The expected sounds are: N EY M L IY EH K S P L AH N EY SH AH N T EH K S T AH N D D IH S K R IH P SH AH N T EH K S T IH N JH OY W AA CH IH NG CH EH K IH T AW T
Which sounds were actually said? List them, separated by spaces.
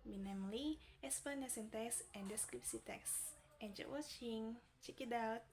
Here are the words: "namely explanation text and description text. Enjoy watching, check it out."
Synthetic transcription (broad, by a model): N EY M L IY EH S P AH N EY S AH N T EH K S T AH N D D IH S K R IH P S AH T EH K S T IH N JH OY W AA CH IH NG CH EH K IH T AW T